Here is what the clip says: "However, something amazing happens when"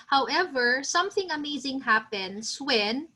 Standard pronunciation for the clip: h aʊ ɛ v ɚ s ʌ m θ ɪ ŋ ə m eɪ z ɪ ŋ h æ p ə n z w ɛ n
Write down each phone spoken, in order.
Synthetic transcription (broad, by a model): h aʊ ɛ v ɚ s ʌ m θ ɪ ŋ ə m eɪ z ɪ ŋ h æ p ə n s w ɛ n